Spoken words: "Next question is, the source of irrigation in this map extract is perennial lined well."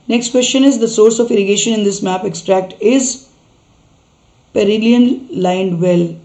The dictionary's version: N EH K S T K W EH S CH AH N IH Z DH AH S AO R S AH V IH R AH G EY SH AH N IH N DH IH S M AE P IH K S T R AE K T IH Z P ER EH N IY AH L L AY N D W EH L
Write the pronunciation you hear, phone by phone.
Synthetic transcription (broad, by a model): N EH K S T K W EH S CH AH N IH Z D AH S AO R S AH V IH R AH G EY SH AH N IH N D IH S M AE P IH K S T R AE K T IH Z P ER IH L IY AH N L AY N D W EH L